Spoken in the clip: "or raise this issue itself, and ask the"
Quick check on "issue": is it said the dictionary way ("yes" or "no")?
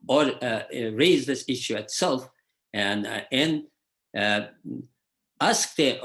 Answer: yes